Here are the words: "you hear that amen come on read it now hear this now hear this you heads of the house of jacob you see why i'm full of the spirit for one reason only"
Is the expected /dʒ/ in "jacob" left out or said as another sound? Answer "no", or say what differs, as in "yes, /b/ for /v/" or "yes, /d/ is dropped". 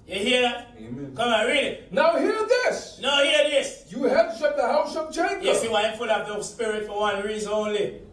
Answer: yes, /tʃ/ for /dʒ/